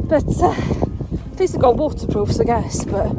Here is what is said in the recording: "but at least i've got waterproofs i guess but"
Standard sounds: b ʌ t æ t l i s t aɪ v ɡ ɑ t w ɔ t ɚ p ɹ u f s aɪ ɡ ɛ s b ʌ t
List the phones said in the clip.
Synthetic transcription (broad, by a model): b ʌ t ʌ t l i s ʌ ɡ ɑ w ɔ t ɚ p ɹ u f s aɪ ɡ ɛ s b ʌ t